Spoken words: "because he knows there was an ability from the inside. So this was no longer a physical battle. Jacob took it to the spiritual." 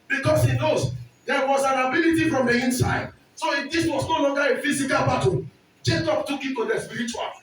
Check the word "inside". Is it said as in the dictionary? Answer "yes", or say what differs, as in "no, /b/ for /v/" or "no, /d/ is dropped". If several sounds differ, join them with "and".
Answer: yes